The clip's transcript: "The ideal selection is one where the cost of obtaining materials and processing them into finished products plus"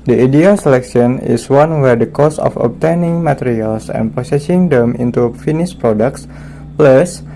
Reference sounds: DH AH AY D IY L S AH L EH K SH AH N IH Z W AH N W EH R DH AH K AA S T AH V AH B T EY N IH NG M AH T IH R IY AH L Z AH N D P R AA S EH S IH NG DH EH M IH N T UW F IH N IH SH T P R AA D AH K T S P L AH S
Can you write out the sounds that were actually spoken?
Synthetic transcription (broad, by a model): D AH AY D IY L S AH L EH K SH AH N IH S W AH N W EH R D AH K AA S AH F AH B T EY N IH NG M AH T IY R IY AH L S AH N P AA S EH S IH NG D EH M IH N T UW F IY N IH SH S P R AA D AH K T S P L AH S